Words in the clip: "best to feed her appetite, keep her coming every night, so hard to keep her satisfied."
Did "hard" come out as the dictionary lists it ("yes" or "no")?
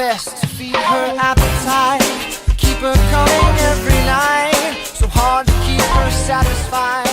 yes